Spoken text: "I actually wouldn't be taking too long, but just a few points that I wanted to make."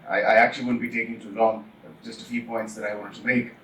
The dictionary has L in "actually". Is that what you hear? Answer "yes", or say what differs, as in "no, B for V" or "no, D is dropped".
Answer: no, L is dropped